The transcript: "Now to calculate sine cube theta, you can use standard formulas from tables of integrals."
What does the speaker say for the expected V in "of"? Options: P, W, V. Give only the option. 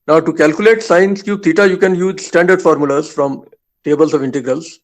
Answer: V